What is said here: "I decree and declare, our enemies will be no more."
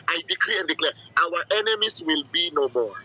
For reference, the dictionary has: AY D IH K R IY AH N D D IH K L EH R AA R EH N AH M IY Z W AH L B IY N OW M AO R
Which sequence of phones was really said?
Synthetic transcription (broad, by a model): AY D IH K R IY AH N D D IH K L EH W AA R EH N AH M IY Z W AH L B IY N OW M AO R